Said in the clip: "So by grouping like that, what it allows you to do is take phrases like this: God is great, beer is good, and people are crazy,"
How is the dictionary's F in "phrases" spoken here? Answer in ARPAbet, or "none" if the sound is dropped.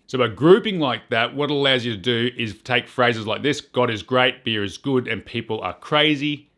F